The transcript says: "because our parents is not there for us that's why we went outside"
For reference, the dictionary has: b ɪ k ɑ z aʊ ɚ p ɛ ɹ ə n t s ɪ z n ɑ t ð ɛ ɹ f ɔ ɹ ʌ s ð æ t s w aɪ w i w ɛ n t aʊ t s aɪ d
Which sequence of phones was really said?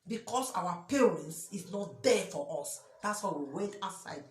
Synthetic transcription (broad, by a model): b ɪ k ɑ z aʊ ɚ p ɛ ɹ ə n t s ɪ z n ɑ t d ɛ f ɔ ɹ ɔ s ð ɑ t s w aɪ w i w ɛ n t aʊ s aɪ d